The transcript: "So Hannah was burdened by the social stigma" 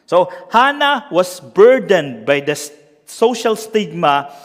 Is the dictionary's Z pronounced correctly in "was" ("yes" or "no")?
no